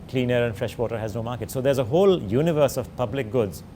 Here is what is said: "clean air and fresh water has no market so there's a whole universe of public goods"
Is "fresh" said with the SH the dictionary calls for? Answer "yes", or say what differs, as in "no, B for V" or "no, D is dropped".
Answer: yes